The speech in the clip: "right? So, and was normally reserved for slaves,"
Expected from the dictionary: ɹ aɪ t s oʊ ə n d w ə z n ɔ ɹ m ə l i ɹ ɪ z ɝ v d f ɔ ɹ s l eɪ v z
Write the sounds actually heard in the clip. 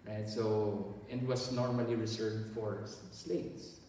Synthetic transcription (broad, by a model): ɹ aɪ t s oʊ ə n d w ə s n ɔ ɹ m ə l i ɹ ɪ s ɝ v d f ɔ ɹ s l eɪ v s